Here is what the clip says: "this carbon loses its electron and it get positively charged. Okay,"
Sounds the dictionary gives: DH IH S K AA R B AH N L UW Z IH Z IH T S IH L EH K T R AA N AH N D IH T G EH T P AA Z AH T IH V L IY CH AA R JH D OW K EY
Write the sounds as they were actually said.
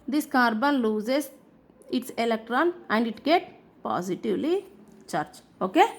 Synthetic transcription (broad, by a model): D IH S K AA R B AH N L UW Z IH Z IH T S IH L EH K T R AA N AH N D IH T G EH T P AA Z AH T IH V L IY CH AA R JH OW K EY